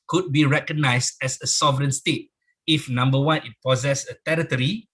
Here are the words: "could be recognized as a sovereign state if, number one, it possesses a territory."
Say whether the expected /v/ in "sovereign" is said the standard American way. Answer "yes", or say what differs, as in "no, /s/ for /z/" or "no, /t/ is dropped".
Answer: yes